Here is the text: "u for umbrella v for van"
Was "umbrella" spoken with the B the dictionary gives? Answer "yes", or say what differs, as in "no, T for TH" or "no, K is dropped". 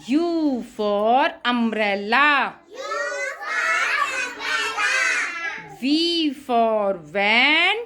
no, B is dropped